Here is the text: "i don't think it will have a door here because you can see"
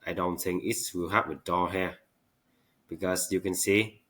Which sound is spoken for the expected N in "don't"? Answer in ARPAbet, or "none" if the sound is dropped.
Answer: N